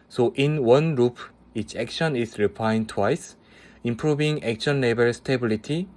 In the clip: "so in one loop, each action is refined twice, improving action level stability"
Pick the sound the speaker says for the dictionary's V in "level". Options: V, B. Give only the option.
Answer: B